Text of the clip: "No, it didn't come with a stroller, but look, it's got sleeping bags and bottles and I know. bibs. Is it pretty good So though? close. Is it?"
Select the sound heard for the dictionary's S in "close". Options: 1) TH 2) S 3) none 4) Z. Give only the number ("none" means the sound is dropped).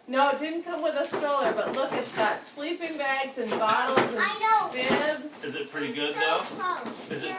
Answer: 3